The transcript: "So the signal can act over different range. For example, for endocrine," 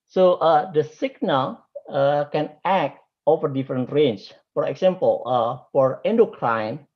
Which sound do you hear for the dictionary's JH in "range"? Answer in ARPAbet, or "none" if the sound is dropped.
CH